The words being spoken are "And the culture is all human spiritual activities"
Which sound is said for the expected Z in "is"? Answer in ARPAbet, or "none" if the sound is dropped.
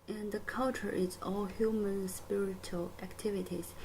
S